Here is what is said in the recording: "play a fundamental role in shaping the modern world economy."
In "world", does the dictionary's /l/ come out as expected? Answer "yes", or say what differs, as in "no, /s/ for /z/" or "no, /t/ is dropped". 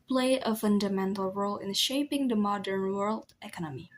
yes